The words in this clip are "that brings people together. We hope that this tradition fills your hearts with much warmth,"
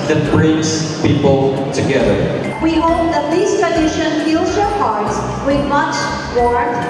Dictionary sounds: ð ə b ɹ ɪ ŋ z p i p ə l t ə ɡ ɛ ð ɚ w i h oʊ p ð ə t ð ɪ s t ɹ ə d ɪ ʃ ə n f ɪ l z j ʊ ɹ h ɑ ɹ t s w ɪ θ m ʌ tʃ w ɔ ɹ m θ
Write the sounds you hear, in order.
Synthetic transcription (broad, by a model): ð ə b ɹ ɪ z p i p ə l t ə ɡ ɛ ð ɚ w i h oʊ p ð ə t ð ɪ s t ɹ ə d ɪ ʃ ə n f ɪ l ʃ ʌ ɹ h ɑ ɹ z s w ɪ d m ʌ tʃ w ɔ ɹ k